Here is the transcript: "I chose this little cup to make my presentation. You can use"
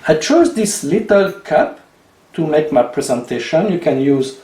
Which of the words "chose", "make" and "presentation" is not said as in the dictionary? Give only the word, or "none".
none